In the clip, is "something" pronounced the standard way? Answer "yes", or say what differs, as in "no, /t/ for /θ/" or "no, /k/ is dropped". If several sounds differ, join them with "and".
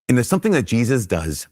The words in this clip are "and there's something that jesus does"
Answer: yes